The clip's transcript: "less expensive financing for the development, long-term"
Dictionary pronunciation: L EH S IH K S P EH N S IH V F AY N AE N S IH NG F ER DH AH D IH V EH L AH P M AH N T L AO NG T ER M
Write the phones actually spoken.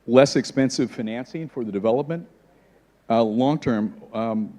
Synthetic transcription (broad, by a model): L EH S IH K S P EH N S IH V F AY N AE N S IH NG F ER DH AH D IH V EH L AH P M AH N T L AO NG T ER M